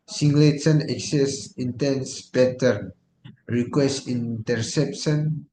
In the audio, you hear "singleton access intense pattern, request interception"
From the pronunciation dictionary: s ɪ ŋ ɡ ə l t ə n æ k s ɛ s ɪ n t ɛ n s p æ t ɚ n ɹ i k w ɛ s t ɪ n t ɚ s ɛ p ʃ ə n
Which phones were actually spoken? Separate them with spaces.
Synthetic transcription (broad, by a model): s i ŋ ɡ l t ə n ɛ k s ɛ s ɪ n t ɛ n s b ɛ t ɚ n ɹ i k w ɛ s t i n t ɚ s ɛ p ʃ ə n